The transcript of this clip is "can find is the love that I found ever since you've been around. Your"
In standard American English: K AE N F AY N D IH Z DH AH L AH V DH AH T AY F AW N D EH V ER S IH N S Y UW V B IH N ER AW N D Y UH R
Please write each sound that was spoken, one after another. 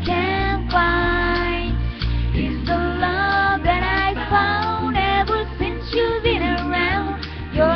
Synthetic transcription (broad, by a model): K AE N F AY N IH Z DH AH L AH V DH AH T AY F AW N D EH V ER S IH N S Y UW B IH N ER AW N D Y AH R